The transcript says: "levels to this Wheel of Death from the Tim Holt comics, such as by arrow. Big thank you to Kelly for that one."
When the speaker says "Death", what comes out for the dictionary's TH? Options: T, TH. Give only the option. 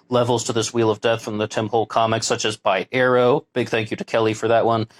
TH